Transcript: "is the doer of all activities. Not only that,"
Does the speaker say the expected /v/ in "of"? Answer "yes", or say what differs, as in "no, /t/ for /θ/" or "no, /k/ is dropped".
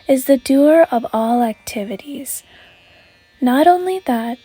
yes